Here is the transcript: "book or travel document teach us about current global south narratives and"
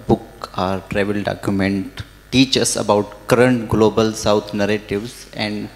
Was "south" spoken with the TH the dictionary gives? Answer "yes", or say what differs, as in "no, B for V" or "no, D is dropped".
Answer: no, T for TH